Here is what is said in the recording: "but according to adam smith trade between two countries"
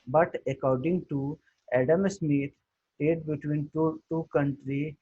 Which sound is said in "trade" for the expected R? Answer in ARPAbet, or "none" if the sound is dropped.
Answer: none